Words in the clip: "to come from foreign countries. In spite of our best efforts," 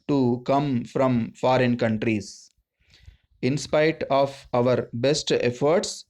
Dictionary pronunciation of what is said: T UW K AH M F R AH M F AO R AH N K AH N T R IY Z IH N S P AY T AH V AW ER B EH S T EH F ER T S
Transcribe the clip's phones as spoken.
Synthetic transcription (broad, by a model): T UW K AH M F R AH M F AO R AH N K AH N T R IY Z IH N S P AY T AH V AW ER B EH S T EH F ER T S